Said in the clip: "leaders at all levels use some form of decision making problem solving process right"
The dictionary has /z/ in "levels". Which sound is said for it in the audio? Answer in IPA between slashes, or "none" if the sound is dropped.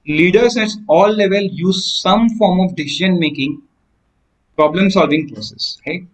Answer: none